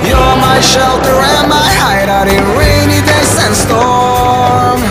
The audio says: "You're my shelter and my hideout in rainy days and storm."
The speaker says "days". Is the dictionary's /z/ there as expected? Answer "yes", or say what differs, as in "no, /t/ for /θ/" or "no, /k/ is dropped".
no, /s/ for /z/